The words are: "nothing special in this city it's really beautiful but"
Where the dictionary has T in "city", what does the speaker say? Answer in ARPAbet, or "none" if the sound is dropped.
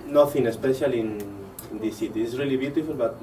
S